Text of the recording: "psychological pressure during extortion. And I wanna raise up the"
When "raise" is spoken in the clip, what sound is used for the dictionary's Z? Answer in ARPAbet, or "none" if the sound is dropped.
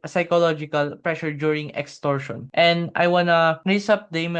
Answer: S